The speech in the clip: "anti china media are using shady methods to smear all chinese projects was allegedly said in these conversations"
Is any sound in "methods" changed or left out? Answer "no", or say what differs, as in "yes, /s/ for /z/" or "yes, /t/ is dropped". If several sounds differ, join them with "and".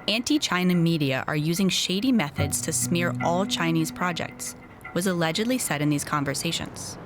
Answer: no